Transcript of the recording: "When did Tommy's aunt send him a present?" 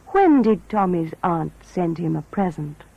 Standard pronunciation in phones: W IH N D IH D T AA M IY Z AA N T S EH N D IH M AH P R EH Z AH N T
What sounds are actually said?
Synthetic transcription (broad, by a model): W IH N D IH D T AA M IY Z AA N T S EH N D IH M AH P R EH Z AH N T